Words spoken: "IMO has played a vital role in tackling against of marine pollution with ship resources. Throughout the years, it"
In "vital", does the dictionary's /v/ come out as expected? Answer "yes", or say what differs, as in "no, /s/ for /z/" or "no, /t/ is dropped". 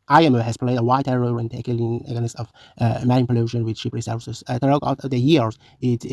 no, /w/ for /v/